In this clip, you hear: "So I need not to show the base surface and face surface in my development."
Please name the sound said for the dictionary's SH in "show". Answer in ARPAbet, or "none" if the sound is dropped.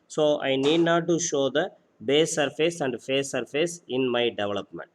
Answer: SH